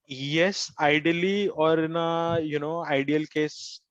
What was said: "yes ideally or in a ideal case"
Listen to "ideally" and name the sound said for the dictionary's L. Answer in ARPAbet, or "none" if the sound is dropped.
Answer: L